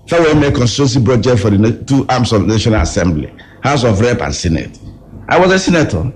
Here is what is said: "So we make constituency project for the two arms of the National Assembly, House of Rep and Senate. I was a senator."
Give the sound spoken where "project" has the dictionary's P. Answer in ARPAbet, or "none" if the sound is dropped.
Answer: B